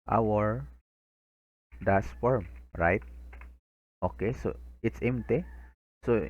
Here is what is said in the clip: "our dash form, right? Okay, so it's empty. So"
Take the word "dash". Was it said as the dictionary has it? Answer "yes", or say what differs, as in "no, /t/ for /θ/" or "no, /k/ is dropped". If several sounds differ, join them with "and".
no, /s/ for /ʃ/